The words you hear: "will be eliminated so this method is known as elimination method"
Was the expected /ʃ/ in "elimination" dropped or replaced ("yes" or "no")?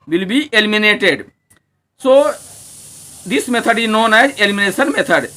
yes